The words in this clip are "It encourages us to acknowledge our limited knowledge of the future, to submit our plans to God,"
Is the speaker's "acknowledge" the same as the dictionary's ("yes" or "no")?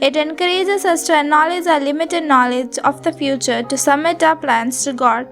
no